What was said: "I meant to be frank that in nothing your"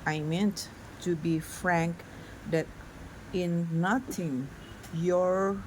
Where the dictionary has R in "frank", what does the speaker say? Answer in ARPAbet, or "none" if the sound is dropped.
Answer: R